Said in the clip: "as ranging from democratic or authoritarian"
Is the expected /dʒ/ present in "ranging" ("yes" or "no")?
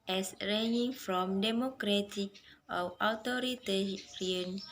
no